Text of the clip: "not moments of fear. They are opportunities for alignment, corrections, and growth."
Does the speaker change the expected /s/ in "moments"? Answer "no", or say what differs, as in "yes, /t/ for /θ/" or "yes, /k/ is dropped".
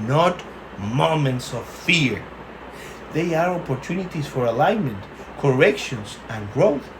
no